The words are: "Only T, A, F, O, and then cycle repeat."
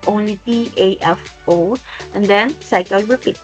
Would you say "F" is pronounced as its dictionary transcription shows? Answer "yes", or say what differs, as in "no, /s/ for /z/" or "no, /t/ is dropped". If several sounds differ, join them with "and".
yes